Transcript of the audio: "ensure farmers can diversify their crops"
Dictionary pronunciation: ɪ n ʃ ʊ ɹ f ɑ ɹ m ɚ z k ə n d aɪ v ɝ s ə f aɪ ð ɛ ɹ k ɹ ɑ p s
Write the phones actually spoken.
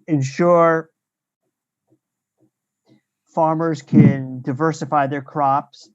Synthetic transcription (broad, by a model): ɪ n ʃ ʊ ɹ f ɑ ɹ m ɚ z k ə n d aɪ v ɝ s ə f aɪ ð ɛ ɹ k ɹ ɑ p s